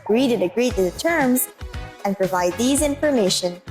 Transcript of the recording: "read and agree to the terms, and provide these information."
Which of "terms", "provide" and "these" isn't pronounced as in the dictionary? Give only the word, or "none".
none